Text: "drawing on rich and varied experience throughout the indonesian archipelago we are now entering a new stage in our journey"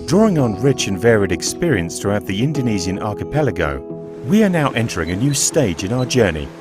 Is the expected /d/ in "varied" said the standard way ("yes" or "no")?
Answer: yes